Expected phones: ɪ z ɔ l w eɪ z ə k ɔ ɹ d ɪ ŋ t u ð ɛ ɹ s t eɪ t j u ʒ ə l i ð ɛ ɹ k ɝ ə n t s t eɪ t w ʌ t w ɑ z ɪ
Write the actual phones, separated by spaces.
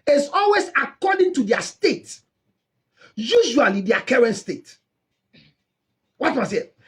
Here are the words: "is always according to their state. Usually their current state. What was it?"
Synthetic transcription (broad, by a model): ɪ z ɔ l w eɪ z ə k ɔ d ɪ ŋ t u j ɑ s t eɪ t j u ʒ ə l i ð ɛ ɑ k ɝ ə n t s t eɪ t w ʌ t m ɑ s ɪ